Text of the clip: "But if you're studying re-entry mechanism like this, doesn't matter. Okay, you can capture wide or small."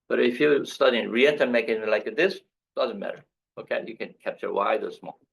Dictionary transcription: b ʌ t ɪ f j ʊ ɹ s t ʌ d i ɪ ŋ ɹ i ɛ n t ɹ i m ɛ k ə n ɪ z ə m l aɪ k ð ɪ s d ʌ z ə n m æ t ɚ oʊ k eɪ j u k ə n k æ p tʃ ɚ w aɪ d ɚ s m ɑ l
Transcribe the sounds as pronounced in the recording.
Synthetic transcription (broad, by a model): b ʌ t ɪ f j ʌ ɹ s t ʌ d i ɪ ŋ ɹ i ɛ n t i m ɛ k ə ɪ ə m l aɪ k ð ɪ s d ʌ z ə n m æ t ɚ oʊ k eɪ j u k ə n k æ p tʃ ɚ w aɪ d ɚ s m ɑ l